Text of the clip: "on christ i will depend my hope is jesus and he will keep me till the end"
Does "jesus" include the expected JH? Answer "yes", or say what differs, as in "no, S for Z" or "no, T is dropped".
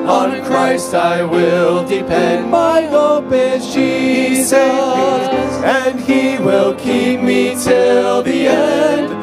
no, SH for JH